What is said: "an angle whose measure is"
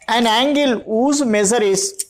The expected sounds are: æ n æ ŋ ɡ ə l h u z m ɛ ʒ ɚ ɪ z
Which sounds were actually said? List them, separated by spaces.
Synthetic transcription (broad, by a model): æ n æ ŋ ɡ ə l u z m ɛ z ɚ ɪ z